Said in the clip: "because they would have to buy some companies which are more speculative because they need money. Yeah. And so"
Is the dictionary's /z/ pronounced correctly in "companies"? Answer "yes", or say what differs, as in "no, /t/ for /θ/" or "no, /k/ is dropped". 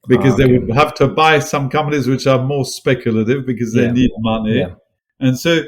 yes